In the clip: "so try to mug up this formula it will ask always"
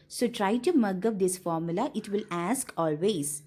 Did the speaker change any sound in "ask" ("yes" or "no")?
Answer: no